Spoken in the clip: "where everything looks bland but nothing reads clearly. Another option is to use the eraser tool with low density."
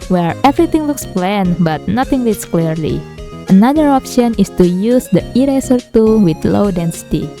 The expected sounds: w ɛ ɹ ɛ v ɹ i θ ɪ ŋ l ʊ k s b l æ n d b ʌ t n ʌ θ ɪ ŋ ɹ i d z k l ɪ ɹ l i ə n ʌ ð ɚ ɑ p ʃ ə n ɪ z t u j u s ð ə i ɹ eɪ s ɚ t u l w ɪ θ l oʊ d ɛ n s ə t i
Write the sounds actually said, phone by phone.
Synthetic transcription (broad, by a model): w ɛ ɹ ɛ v ɹ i t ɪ ŋ l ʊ k s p l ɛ n b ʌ t n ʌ t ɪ ŋ l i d s k l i ɹ l i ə n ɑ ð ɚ ɑ p ʃ ə n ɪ s t u j u s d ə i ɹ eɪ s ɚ t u w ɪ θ l oʊ d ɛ n s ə t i